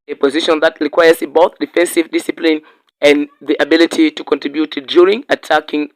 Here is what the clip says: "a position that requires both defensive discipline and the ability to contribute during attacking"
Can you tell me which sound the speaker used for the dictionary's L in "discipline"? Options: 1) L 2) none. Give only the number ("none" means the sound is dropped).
1